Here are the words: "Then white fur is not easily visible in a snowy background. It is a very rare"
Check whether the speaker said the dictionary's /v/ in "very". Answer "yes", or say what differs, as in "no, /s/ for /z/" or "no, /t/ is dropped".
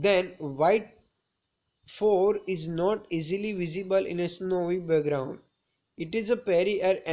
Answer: no, /p/ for /v/